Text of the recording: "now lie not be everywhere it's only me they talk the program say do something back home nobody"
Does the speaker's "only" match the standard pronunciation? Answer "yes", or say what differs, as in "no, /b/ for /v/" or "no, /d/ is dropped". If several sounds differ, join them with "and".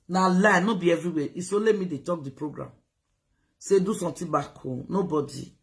no, /n/ is dropped